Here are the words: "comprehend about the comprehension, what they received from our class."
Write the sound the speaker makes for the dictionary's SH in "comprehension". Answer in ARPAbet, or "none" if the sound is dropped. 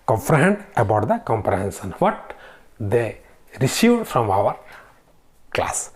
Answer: S